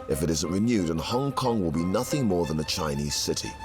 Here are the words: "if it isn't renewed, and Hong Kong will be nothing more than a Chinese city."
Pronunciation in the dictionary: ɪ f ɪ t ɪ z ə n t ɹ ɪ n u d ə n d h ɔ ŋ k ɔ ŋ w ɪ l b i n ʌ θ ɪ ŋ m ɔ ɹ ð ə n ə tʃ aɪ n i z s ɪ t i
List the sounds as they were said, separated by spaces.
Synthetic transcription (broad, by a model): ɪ f ɪ t ɪ z ə n t ɹ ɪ n u d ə n h ɔ ŋ k ɔ ŋ w ɪ l b i n ʌ θ ɪ ŋ m ɔ ɹ ð ə n ə tʃ aɪ n i z s ɪ t i